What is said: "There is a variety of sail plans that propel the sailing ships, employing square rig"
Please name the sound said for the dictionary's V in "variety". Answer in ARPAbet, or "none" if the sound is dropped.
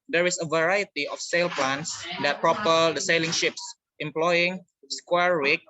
V